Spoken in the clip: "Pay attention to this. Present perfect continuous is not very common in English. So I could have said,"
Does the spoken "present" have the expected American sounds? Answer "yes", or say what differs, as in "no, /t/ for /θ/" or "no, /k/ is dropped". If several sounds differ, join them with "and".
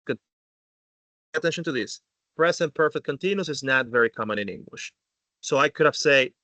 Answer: no, /s/ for /z/